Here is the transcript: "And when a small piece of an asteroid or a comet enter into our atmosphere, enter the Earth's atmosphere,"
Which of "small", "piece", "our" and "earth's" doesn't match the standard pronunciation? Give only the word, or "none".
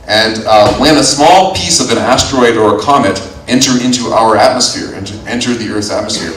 earth's